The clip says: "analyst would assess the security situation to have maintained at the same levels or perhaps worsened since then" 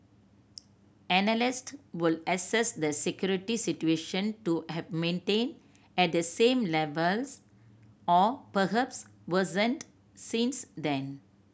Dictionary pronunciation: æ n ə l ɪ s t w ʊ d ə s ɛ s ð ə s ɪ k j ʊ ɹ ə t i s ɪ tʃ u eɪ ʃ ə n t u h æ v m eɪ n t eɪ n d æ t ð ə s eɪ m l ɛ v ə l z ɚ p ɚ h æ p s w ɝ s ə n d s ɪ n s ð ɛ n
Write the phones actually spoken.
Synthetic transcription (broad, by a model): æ n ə l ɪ s t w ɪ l ə s ɛ s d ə s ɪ k j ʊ ɹ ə t i s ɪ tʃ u eɪ ʃ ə n t u h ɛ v m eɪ n t eɪ n ɛ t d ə s eɪ m l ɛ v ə l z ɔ p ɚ h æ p s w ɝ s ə n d s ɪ n s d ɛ n